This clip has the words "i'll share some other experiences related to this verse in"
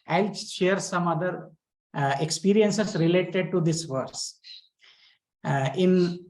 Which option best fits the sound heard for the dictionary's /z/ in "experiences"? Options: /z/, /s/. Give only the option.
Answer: /s/